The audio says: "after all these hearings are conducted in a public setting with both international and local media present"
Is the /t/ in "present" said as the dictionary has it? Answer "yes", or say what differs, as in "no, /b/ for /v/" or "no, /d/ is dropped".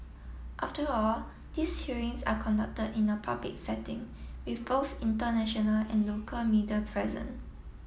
no, /t/ is dropped